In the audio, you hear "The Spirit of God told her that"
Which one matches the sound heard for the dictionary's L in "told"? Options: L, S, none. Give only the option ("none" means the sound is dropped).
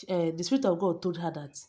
none